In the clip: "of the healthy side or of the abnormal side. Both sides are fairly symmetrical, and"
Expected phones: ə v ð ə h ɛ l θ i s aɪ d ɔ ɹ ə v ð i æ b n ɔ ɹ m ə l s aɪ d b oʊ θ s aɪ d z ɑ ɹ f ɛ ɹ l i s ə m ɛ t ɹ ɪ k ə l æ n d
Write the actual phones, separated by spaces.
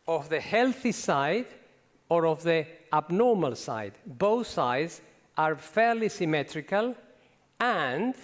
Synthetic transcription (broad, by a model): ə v ð ə h ɛ l θ i s aɪ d ɔ ɹ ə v ð i æ b n ɔ ɹ m ə l s aɪ d b oʊ θ s aɪ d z ɑ ɹ f ɛ ɹ l i s ə m ɛ t ɹ ɪ k ə l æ n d